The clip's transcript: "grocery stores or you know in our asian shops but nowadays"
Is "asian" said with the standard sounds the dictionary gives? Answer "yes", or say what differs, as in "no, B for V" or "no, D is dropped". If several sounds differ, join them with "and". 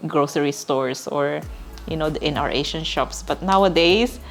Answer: no, SH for ZH